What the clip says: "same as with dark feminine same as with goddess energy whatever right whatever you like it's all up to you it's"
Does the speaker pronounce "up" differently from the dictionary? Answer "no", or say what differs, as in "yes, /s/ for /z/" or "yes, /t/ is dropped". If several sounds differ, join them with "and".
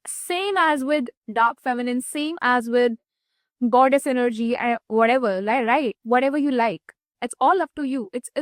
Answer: yes, /f/ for /p/